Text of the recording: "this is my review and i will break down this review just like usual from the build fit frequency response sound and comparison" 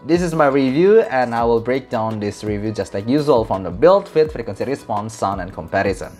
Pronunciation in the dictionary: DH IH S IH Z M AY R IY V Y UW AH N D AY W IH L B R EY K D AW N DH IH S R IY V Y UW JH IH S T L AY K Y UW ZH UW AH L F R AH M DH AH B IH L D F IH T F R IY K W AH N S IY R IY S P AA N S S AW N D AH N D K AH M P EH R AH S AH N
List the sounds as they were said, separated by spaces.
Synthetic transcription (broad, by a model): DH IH S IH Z M AY R IY V Y UW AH N AY W IH L B R EY K D AW N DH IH S R IY V Y UW JH IH S T L AY K Y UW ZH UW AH L F R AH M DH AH B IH L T F IH T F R K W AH N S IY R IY S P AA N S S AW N AH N K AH M P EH R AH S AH N